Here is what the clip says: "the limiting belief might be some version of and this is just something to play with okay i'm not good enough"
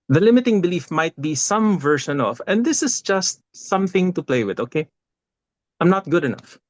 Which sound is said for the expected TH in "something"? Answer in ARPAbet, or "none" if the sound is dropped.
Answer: TH